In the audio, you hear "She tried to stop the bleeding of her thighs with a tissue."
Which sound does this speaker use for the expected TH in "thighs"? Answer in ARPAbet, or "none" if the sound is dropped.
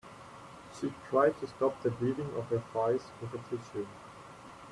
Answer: F